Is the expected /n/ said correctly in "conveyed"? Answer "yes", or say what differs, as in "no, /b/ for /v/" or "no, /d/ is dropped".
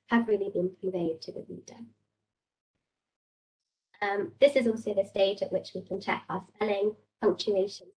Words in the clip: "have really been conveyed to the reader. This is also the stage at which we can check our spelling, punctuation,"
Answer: no, /n/ is dropped